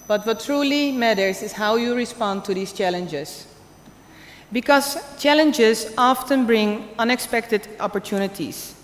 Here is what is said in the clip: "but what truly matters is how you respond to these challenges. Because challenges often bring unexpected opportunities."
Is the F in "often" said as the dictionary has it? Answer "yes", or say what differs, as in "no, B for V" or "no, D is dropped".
yes